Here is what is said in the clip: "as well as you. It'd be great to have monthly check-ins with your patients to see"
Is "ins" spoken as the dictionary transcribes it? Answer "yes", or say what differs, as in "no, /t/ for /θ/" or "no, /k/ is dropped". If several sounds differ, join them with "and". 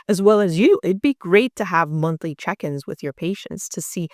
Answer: yes